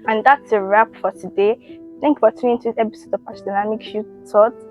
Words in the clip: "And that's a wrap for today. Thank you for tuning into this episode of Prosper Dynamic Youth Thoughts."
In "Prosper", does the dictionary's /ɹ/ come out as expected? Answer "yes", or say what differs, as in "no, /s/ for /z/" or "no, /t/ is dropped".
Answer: no, /ɹ/ is dropped